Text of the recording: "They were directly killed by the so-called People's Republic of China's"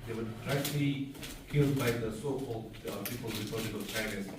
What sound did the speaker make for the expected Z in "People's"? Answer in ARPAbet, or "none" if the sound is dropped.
none